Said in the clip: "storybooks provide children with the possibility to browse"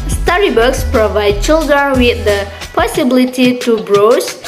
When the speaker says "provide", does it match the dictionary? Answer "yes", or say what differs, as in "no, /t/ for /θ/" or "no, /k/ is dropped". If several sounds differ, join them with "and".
yes